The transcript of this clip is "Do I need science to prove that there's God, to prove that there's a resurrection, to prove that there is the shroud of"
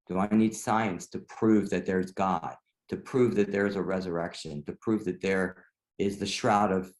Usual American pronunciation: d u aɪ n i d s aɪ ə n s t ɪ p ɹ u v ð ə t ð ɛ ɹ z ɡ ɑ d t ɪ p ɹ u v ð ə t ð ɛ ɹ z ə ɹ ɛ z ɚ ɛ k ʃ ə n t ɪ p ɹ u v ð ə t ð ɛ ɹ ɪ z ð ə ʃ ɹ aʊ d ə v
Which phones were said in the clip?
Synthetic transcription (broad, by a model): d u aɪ n i d s aɪ ə n s t ɪ p ɹ u v ð ə t ð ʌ ɹ z ɡ ɑ d t ɪ p ɹ u v ð ə t ð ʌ ɹ z ə ɹ ɛ z ɚ ɛ k ʃ ə n t ɪ p ɹ u v ð ə t ð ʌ ɹ ɪ z ð ə ʃ ɹ aʊ d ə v